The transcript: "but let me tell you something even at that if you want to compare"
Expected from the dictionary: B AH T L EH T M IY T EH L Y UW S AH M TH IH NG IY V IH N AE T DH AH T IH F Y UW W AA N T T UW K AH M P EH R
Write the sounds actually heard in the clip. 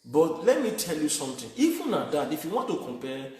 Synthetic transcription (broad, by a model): B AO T L EH T M IY T EH L Y UW S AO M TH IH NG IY F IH N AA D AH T IH F Y UW W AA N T T UW K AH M P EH